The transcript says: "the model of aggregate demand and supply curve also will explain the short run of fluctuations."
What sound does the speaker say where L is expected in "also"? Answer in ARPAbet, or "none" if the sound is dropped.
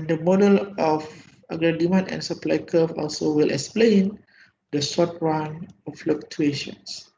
L